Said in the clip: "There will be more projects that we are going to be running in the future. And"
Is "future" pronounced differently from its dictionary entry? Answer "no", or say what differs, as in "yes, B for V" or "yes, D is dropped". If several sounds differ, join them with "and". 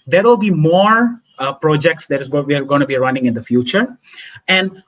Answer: no